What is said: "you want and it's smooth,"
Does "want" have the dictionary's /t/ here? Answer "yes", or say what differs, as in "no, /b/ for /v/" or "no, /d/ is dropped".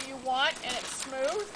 yes